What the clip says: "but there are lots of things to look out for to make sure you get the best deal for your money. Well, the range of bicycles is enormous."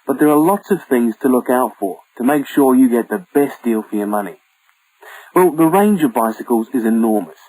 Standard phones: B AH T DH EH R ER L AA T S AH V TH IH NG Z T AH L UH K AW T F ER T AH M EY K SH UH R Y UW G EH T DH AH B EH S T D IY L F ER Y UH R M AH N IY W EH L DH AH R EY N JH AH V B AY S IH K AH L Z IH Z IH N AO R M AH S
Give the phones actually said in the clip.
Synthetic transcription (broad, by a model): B AH T DH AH R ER L AA T S AH V TH IH NG Z T AH L UH K AW T F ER T AH M EY K SH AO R Y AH G EH T DH AH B EH S D IY L F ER Y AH M AH N IY W EH L DH AH R EY N JH AH V B AY S IH K AH L Z IH Z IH N AO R M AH S